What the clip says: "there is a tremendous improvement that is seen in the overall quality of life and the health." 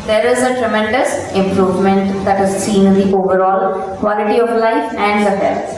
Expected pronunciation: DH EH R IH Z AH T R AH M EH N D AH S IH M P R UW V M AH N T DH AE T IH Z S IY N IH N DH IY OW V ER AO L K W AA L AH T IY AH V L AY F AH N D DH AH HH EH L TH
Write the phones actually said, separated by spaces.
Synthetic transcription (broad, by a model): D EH R IH Z AH T R AH M EH N D AH S IH M P R UW V M AH N T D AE T IH Z S IY N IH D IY OW V ER AO L K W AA L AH T IY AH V L AY F AH N D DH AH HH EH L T